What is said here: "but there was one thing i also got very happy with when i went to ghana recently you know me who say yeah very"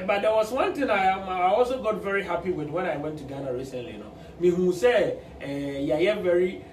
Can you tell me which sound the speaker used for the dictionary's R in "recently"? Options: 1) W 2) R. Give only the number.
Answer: 2